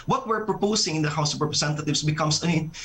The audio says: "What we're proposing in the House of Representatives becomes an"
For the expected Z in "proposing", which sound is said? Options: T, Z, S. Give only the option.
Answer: S